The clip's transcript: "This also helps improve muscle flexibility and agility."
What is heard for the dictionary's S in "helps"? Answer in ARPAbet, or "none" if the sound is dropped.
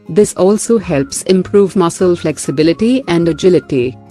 S